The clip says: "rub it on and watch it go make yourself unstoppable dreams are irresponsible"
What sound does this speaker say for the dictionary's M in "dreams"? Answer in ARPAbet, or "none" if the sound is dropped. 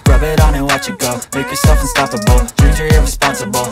none